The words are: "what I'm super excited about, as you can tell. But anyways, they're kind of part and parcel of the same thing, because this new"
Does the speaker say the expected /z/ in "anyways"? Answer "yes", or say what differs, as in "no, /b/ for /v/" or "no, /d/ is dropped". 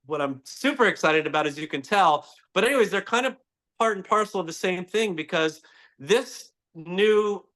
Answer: yes